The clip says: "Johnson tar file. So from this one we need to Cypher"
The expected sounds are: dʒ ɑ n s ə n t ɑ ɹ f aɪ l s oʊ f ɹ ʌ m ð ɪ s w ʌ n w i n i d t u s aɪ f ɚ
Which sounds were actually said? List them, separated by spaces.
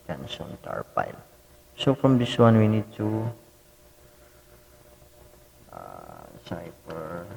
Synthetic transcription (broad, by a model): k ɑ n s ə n t ɑ ɹ p aɪ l s oʊ f ɹ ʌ m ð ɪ s w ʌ n w i n i d t u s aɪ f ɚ